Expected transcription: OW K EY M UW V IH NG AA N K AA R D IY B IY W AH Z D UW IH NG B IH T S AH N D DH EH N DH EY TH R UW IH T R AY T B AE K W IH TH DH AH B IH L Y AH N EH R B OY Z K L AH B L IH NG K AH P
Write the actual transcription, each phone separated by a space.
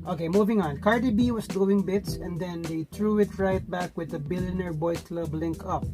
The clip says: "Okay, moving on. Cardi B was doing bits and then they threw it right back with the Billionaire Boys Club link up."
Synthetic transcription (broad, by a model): OW K EY M UW V IH NG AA N K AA R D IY B IY W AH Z D UW IH NG B IH T S AH N D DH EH N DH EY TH R UW IH T R AY T B AE K W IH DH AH B IH L Y AH N EH R B OY K L AH B L IH NG K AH P